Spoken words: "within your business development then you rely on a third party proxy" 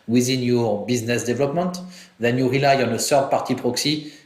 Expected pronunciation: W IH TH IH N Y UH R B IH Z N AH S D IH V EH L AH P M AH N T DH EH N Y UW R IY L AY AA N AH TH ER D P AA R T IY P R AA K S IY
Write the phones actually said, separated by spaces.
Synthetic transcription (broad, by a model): W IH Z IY N Y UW R B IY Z N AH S D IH V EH L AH P M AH N T DH EH N Y UW R IY L AY AA N AH S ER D P AA R T IY P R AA K S IY